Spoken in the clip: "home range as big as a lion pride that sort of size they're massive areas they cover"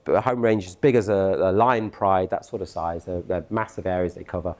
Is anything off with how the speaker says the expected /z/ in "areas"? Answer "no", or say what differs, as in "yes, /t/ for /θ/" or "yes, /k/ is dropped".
no